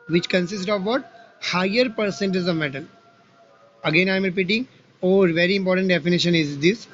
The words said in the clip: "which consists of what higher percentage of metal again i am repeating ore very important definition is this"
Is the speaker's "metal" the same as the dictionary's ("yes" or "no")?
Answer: no